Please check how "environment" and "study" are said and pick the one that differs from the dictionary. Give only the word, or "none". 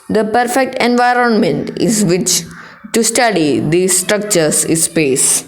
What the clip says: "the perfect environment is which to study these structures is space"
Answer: none